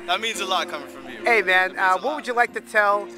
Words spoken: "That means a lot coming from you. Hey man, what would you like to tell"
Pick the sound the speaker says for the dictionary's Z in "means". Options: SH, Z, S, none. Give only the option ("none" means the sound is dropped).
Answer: Z